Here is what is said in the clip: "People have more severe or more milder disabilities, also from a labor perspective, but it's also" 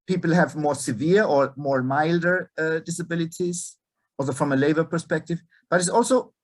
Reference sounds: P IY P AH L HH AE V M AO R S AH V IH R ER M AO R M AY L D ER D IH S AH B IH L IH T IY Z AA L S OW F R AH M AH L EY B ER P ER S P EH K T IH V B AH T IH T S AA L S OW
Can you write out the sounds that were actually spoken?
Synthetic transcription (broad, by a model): P IY P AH L HH AE V M AO R S AH V IH R ER M AO R M AY L D ER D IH S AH B IH L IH T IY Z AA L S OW F R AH M AH L EY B ER P ER S P EH K T IH V B AH T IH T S AA L S OW